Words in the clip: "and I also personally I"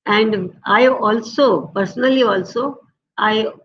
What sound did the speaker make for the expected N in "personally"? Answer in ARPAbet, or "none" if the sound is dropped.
L